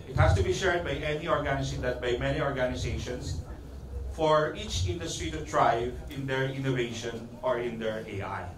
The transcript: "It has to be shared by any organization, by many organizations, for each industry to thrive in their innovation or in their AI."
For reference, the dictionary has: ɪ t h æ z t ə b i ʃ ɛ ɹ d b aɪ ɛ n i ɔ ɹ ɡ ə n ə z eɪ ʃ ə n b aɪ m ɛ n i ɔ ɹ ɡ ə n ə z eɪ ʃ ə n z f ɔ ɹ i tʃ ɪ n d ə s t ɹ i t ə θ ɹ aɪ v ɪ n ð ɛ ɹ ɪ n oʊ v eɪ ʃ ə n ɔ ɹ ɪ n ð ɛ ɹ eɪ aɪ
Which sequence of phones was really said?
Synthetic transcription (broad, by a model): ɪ t h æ s t ə b i ʃ ɛ ɹ d b aɪ ɛ n i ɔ ɹ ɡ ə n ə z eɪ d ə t b aɪ m ɛ n i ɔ ɹ ɡ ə n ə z eɪ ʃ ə n s f ɔ ɹ i tʃ ɪ n d ə s t ɹ i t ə t ɹ aɪ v ɪ n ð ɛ ɹ ɪ n oʊ v eɪ ʃ ə n ɔ ɹ ɪ n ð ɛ ɹ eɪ aɪ